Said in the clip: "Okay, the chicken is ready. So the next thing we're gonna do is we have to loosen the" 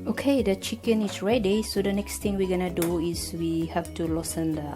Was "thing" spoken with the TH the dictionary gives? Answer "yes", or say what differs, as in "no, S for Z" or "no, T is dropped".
no, T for TH